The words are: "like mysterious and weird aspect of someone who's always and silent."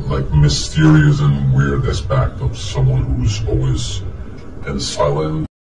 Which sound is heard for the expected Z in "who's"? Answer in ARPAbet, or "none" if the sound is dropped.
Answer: Z